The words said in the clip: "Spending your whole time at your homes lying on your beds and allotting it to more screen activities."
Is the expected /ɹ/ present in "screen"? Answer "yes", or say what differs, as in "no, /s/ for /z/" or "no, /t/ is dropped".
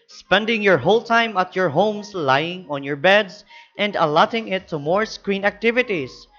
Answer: yes